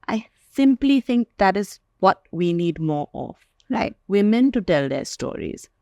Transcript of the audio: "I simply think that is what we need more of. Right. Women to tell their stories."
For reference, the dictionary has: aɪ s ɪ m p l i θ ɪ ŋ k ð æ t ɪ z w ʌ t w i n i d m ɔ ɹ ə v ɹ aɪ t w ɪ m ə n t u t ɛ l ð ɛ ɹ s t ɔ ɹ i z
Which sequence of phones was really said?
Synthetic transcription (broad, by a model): aɪ s ɪ m p l i θ ɪ ŋ k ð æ t ɪ z w ʌ t w i n i d m ɔ ɹ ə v ɹ aɪ t w ɪ m ə n t u t ɛ l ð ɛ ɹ s t ɔ ɹ i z